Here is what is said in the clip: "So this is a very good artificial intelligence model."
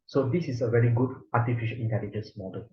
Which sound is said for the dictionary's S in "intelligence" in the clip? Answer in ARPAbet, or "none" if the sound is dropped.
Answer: S